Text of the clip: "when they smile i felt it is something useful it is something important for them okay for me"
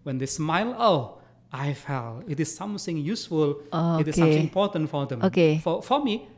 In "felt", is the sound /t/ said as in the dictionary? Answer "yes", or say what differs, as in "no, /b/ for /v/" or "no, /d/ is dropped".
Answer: no, /t/ is dropped